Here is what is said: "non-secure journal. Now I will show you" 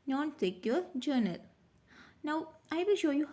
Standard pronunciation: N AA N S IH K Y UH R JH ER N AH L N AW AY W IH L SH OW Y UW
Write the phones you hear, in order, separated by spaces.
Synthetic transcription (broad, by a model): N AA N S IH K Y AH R JH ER N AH L N AW AY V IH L SH OW Y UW